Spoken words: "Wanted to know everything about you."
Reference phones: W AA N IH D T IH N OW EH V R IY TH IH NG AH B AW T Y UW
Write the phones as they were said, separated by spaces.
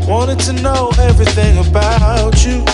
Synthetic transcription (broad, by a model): W AA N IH D T IH N OW EH V R IY TH IH NG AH B AW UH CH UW